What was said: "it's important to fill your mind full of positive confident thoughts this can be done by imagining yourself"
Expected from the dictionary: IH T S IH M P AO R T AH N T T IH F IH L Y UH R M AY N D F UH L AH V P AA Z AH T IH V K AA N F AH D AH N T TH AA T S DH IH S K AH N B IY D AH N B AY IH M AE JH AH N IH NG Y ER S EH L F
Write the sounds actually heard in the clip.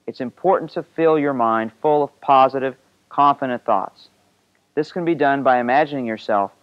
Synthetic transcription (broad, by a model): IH T S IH M P AO R T N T T IH F IH L Y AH R M AY N D F UH L AH V P AA Z AH T IH V K AA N F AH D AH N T TH AA T S DH IH S K AH N B IY D AH N B AY IH M AE JH AH N IH NG Y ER S EH L F